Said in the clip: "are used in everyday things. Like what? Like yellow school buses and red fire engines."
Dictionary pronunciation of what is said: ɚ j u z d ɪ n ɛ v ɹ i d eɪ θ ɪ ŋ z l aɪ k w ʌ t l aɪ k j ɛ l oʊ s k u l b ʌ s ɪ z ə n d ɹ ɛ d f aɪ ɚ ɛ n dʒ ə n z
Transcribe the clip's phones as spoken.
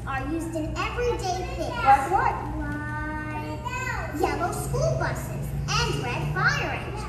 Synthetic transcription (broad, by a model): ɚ j u z d ɪ n ɛ v ɹ i d eɪ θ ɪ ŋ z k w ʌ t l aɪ j ɛ l oʊ s k u l b ʌ s ɪ z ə n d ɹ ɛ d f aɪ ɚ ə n